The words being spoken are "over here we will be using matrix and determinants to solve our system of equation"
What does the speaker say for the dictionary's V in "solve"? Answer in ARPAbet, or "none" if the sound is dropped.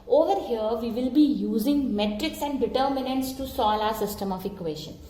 none